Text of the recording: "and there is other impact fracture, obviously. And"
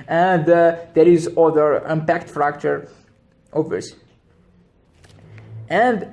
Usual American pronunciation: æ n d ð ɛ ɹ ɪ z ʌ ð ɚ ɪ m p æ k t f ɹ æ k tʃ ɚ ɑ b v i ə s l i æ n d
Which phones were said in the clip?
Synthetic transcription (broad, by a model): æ n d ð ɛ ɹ ɪ z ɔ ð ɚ ɪ m p æ k t f ɹ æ k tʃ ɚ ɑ v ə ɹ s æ n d